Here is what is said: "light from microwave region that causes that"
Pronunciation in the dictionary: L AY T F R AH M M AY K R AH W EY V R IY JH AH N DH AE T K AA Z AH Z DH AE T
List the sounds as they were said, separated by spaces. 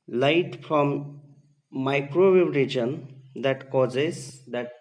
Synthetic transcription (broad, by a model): L AY T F R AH M M AY K R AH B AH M R IY JH AH N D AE T K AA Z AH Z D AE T